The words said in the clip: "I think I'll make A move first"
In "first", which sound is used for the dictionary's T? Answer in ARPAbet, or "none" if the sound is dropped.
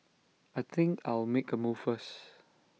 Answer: none